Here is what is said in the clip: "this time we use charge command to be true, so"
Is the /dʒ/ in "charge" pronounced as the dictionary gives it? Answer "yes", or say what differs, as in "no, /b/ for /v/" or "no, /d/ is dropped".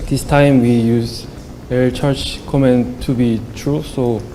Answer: no, /tʃ/ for /dʒ/